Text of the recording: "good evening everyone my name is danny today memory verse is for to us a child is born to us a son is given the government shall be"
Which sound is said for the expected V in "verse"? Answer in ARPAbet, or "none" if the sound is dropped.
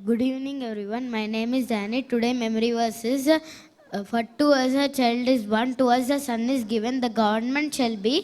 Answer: V